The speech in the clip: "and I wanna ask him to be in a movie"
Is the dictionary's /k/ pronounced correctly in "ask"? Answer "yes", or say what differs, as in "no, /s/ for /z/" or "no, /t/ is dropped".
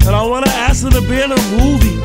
no, /k/ is dropped